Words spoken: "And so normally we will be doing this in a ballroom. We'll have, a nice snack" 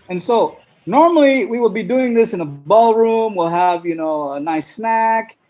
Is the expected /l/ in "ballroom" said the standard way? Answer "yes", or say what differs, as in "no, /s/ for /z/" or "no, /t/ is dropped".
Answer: yes